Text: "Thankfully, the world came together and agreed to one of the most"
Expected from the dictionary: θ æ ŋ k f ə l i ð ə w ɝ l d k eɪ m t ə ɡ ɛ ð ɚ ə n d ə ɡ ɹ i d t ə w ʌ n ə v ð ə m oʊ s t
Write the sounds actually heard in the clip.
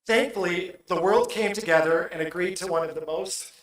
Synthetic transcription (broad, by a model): θ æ ŋ k f l i ð ə w ɝ l d k eɪ m t ə ɡ ɛ ð ɚ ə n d ə ɡ ɹ i d t ə w ʌ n ə v ð ə m oʊ s t